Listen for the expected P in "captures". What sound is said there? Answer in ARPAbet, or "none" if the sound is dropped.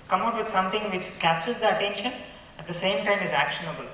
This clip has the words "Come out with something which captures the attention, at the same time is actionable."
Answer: P